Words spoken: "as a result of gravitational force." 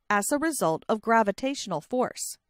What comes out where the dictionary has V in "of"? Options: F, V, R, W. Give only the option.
V